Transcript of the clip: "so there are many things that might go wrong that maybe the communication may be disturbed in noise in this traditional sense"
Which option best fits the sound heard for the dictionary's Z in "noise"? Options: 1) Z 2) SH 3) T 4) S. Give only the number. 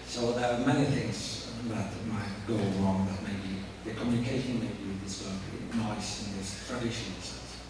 4